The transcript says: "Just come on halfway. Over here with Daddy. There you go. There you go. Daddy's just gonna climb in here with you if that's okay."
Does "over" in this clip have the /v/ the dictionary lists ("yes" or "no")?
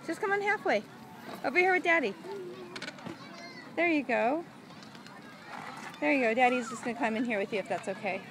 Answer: no